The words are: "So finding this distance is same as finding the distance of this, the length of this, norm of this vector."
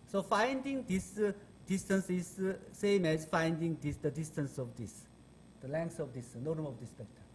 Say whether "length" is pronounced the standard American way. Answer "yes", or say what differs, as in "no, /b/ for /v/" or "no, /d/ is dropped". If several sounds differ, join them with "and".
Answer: no, /s/ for /θ/